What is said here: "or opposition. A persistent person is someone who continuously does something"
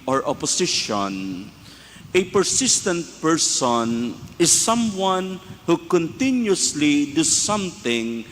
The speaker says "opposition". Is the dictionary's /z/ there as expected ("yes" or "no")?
no